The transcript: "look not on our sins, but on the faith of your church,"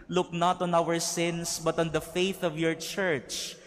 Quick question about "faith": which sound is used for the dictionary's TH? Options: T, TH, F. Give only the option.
TH